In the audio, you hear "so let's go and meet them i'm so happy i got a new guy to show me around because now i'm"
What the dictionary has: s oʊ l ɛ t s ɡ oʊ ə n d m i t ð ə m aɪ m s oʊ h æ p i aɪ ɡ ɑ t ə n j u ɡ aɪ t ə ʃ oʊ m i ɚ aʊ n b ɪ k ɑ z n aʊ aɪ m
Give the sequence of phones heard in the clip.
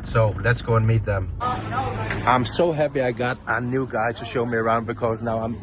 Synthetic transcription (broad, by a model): s oʊ l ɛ t s ɡ oʊ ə n m i t ð ə m aɪ m s oʊ h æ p i aɪ ɡ ɑ t ə n j u ɡ aɪ t ə ʃ oʊ m i ɚ aʊ n b ɪ k ɑ z n aʊ aɪ m